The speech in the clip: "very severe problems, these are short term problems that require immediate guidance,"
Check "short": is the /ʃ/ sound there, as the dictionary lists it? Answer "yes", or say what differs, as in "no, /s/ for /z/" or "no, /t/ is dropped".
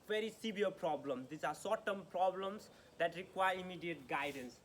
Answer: no, /s/ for /ʃ/